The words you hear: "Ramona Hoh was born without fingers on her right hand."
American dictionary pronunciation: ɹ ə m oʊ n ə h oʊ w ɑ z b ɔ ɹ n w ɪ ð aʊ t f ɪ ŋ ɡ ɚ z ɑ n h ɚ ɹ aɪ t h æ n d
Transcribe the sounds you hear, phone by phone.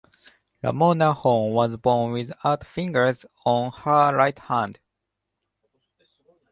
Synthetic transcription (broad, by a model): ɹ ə m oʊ n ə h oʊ w ɑ z b ɔ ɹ n w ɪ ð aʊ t f ɪ ŋ ɡ ɚ z ɑ n h ɚ ɹ aɪ t h æ n d